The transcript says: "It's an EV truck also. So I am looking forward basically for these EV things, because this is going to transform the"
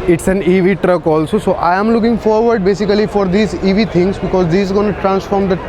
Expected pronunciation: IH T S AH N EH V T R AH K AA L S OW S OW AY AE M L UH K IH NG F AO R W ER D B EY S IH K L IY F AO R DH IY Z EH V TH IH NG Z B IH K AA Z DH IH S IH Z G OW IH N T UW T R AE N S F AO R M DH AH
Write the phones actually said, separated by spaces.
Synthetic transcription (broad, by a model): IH T S AH N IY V T R AH K AA L S OW S OW AY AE M L UH K IH NG F AO R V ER D B EY S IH K L IY F AO R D IY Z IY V T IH NG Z B IH K AA Z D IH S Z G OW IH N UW T R AE N S F AO R M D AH